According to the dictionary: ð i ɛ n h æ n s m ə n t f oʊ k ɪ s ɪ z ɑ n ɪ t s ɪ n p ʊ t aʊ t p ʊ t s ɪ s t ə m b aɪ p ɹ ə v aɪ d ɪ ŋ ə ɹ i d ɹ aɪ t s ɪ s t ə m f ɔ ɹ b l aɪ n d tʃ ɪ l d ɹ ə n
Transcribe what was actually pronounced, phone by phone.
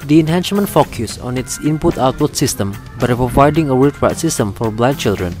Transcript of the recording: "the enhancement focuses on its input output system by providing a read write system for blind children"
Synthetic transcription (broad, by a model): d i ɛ n h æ n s m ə n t f oʊ k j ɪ s ɑ n ɪ t s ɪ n p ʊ t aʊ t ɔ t s ɪ s t ə m b aɪ p ɹ ə v aɪ d ɪ ŋ ə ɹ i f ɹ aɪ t s ɪ s t ə m f ɔ ɹ b l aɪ d tʃ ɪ l d ɹ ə n